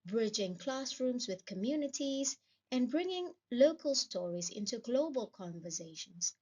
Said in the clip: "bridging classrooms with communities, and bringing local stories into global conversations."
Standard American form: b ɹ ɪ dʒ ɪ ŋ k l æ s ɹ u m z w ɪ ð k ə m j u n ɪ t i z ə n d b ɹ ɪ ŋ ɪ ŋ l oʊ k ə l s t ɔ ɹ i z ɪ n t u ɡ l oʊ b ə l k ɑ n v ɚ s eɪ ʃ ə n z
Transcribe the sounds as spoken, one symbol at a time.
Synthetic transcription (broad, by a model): b ɹ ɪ dʒ ɪ ŋ k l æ s ɹ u m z w ɪ ð k ə m j u n ɪ t i z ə n b ɹ ɪ ŋ ɪ ŋ l oʊ k ə l s t ɔ ɹ i z ɪ n t u ɡ l oʊ b ə l k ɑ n v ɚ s eɪ ʃ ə n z